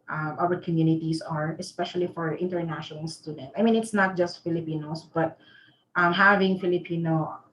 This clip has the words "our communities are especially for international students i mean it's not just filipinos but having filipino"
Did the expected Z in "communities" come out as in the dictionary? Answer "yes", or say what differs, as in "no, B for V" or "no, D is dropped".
no, S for Z